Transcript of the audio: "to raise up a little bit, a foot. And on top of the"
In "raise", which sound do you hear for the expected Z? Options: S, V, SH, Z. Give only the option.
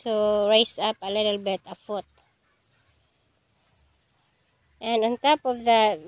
S